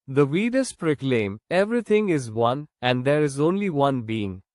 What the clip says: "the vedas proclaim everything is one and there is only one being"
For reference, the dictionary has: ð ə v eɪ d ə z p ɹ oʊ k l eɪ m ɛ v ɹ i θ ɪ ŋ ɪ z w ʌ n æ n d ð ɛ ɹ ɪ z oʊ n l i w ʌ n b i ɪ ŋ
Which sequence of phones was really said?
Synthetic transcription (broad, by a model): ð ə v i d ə s p ɹ oʊ k l eɪ m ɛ v ɹ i t ɪ ŋ ɪ z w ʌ n æ n d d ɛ ɹ ɪ z oʊ n l i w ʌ n b i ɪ ŋ